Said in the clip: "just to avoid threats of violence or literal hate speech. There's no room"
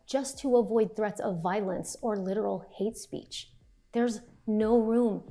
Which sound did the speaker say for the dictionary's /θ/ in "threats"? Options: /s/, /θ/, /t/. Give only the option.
/θ/